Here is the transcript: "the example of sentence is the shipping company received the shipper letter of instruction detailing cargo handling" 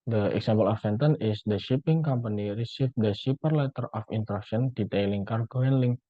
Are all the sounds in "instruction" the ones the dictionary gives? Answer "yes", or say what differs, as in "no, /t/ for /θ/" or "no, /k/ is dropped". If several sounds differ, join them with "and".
no, /s/ is dropped